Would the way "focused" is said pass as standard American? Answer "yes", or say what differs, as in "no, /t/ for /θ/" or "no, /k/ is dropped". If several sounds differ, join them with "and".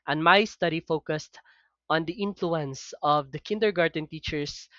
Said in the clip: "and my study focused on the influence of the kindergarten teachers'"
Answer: yes